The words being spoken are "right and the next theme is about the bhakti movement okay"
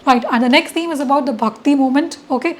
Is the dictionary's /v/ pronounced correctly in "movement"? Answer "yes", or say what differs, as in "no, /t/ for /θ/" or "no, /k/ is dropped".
no, /v/ is dropped